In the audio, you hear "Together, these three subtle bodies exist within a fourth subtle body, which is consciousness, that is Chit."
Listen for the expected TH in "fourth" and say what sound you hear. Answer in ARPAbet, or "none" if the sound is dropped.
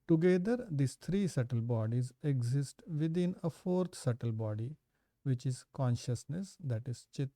T